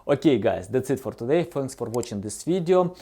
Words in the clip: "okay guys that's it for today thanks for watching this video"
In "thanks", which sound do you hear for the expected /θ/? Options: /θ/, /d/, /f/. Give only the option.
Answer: /f/